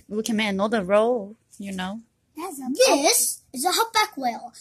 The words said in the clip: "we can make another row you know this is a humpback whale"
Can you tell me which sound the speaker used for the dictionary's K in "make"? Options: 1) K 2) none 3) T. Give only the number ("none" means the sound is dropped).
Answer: 2